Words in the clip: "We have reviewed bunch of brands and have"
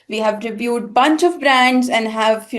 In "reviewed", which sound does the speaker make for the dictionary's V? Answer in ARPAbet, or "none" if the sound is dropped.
B